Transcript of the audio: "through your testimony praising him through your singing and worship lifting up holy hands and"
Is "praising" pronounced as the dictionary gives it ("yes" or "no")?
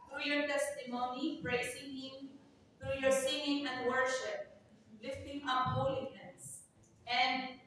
no